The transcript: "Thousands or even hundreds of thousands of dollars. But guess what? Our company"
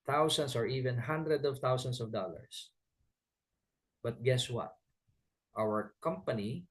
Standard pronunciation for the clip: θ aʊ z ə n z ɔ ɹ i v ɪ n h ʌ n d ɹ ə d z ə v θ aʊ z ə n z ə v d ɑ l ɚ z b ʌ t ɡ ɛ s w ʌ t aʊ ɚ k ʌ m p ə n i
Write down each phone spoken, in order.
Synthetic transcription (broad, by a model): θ aʊ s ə n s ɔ ɹ i v ɪ n h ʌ n d ɹ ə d ə v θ aʊ s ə n s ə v d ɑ l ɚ s b ʌ t ɡ ɛ s w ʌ t aʊ ɚ k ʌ m p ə n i